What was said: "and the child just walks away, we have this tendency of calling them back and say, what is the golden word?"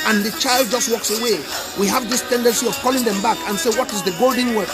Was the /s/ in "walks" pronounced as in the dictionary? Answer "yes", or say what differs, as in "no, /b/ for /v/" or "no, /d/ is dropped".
yes